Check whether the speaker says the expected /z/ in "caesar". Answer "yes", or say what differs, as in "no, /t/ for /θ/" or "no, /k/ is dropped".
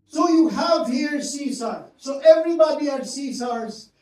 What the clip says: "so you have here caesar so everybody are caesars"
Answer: no, /s/ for /z/